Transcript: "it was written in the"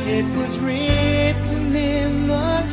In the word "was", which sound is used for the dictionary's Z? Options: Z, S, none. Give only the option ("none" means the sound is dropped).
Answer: Z